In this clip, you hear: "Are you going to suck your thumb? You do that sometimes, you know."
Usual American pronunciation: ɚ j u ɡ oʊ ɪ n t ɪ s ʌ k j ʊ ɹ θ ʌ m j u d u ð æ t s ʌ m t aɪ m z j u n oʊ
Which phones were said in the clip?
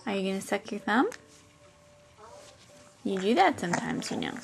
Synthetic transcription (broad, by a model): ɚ j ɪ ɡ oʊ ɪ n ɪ s ʌ k j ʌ ɹ θ ʌ m j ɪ d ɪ ð æ t s ʌ m t aɪ m z j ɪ n oʊ